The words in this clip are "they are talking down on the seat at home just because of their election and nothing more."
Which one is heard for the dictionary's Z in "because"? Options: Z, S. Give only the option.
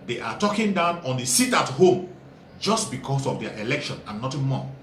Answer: S